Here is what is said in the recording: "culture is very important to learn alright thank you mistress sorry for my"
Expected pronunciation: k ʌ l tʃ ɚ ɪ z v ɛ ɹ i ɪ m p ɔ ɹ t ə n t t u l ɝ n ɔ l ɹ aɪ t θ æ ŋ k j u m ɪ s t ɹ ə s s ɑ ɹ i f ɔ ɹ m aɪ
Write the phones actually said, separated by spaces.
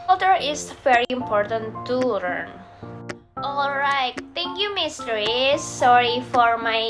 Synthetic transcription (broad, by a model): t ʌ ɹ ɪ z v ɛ ɹ i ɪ m p ɔ ɹ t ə n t t u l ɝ n ɔ l ɹ aɪ t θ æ ŋ k j u m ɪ s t ə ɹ s ɑ ɹ i f ɔ ɹ m aɪ